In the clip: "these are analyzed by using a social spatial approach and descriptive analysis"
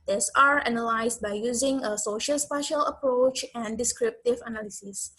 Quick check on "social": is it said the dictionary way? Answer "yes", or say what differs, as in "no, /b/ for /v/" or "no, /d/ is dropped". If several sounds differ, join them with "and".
yes